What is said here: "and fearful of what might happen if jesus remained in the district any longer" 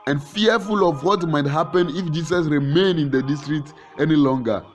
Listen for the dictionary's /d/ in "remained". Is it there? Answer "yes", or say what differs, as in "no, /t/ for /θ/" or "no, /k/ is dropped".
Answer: no, /d/ is dropped